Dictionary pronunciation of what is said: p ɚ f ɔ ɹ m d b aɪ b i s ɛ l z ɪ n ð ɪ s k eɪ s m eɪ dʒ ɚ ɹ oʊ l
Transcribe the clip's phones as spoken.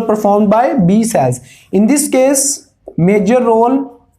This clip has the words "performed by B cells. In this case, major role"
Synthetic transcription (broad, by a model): p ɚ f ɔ ɹ m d b aɪ b i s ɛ z ɪ n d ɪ s k eɪ s m eɪ dʒ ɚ ɹ oʊ l